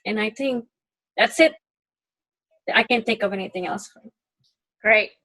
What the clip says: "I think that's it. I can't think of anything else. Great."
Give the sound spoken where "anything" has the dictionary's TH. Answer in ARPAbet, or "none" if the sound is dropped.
TH